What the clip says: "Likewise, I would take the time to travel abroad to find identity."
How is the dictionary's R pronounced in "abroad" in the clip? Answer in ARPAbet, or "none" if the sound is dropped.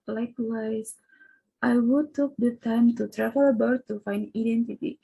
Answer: none